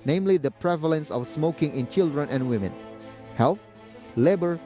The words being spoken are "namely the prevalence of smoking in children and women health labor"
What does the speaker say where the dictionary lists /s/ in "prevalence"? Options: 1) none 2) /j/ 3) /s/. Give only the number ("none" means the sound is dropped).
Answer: 3